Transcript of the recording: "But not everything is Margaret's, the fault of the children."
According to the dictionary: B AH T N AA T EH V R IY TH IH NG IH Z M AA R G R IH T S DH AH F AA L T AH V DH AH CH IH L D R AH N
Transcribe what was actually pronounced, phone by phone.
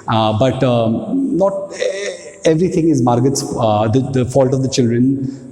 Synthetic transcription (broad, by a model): B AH T N AA T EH V R IY T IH NG IH Z M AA R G IH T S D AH F AA L T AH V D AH CH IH L D R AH N